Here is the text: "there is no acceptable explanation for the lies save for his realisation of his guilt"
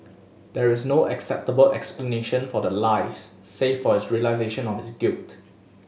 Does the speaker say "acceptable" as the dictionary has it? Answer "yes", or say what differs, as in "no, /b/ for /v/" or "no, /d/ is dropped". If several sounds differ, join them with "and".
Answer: yes